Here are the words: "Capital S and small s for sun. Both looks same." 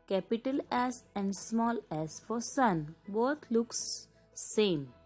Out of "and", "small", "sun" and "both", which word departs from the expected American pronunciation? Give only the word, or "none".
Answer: both